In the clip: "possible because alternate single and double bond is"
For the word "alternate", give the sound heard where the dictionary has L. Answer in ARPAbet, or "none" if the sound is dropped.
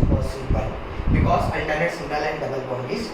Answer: N